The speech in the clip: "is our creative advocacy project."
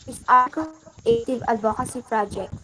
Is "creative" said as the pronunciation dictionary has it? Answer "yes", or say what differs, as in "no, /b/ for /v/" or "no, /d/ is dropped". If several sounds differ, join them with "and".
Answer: no, /ɹ/ is dropped